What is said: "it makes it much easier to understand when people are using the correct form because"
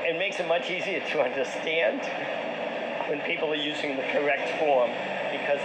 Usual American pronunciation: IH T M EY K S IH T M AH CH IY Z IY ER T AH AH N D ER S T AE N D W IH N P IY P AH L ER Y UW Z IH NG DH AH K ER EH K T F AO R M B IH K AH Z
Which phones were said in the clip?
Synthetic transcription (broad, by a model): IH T M EY K S IH T M AH CH IY Z IY ER T AH AH N D ER S T AE N D W IH N P IY P L ER Y UW Z IH NG DH AH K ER EH K T F AO R M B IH K AH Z